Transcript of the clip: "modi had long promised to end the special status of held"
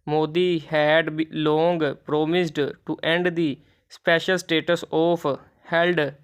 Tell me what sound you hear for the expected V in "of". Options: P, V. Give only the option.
P